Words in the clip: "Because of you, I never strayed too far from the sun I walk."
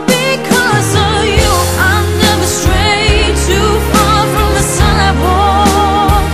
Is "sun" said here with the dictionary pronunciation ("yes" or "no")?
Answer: no